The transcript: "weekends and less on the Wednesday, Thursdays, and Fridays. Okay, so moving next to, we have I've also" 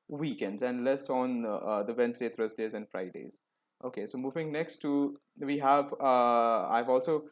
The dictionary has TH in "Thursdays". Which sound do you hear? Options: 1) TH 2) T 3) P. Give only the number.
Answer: 2